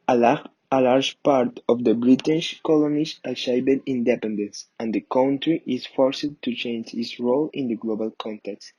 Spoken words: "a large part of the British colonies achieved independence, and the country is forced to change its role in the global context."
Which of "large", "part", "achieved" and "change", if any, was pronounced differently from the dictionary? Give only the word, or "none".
achieved